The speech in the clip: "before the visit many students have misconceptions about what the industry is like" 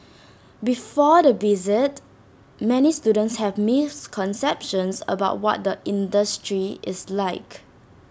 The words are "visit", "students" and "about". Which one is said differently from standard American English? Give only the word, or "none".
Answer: visit